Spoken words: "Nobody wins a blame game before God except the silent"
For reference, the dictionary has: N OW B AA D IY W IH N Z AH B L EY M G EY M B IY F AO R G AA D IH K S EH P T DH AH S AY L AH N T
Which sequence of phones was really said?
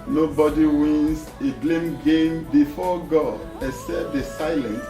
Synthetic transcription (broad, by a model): N OW B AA D IY W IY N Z AH B L EY M G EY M B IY F AO G AA D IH S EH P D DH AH S AY L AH N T